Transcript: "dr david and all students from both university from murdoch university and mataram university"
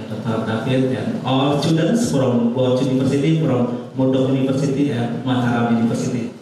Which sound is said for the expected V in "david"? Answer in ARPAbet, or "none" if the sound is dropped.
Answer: F